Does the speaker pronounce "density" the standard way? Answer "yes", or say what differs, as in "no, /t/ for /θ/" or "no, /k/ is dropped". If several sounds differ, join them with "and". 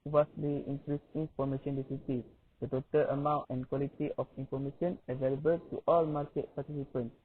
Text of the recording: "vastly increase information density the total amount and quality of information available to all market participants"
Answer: no, /n/ is dropped